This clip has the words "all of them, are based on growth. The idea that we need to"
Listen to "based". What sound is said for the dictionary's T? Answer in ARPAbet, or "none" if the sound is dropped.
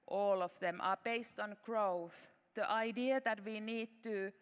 T